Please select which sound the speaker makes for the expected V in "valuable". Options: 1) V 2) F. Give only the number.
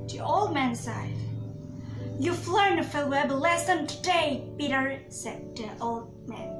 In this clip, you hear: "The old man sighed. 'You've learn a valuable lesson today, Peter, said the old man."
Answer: 2